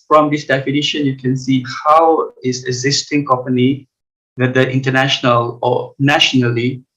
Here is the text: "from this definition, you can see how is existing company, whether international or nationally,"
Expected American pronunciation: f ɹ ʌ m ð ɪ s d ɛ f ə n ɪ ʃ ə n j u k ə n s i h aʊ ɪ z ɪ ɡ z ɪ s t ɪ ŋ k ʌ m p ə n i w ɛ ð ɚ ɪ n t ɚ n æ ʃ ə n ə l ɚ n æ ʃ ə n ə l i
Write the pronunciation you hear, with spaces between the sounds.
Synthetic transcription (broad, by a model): f ɹ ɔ m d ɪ s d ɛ f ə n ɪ ʃ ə n j u k ə n s i h aʊ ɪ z ɪ ɡ z ɪ s t ɪ ŋ k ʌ m p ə n i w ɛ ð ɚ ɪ n t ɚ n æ ʃ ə n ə l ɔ n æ ʃ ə n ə l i